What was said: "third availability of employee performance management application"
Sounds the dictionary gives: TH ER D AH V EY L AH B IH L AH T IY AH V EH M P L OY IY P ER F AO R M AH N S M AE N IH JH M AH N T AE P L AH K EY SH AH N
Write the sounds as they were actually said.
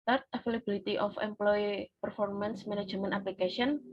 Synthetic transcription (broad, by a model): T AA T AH F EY L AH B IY L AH T IY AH F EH M P L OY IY P ER F AO R M AH N S M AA N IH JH M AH N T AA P L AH K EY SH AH N